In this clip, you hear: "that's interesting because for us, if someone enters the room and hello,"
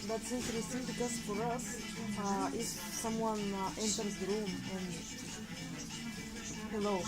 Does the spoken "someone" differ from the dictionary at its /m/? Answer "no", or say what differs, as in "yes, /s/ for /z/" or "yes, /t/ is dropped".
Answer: no